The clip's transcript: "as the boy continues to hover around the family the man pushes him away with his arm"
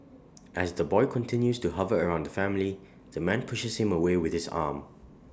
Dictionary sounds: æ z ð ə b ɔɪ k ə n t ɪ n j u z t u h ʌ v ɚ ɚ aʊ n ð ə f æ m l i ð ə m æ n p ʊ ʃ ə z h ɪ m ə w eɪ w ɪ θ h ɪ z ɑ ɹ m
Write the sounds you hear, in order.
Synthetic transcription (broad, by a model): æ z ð ə b ɔɪ k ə n t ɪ n j u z t u h ʌ v ɚ ɚ aʊ n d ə f æ m l i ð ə m æ n p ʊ ʃ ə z h ɪ m ə w eɪ w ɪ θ h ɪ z ɑ m